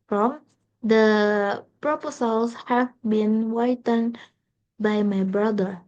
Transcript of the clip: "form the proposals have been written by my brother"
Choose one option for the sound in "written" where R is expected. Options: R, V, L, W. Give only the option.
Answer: W